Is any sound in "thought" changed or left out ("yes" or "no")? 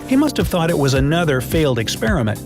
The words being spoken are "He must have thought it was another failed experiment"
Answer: no